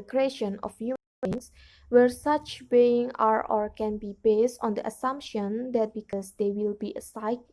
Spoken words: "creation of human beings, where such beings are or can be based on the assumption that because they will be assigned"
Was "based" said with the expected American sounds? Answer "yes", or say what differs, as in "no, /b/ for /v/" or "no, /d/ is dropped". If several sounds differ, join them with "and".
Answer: yes